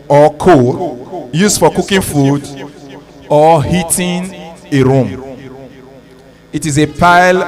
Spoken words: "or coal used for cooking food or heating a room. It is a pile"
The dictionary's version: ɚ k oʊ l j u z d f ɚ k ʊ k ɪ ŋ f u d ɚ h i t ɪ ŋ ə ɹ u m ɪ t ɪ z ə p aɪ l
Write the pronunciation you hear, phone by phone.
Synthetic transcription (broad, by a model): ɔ k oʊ j u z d f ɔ k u k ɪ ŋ f u d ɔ h i t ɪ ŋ ə ɹ u m ɪ t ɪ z ə p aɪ l